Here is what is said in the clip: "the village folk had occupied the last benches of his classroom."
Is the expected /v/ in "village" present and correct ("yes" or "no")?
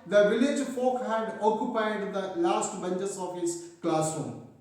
yes